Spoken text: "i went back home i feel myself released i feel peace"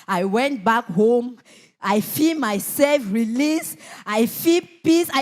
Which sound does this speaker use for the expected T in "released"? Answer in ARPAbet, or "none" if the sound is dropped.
none